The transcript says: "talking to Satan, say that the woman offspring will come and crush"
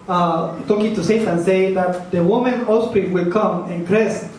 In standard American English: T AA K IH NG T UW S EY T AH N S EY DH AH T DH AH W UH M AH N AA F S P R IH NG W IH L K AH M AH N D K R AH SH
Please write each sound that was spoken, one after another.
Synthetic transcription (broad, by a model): T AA K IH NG T UW S EY T AH N S EY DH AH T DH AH W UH M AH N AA S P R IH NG W IH L K AH M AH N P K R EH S